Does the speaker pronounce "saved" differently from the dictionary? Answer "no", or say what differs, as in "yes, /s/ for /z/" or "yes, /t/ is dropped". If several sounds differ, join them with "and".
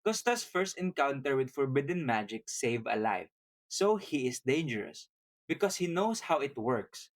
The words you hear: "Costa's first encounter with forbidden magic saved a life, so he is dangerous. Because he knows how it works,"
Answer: yes, /d/ is dropped